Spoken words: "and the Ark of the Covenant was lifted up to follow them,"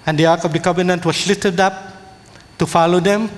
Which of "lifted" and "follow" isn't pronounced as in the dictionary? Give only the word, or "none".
lifted